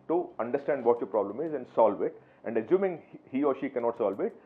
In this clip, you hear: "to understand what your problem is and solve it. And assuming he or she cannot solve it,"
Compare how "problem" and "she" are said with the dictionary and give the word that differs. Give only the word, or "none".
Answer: none